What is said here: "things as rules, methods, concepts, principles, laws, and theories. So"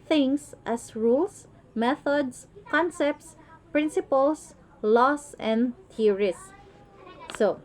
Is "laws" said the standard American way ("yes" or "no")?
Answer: no